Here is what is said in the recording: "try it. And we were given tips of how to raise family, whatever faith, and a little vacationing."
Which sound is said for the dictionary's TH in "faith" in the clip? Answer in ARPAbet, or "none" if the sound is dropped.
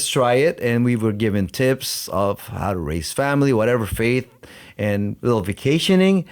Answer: TH